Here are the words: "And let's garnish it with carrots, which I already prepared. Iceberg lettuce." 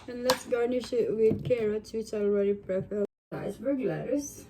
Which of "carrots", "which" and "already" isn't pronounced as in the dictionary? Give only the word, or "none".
none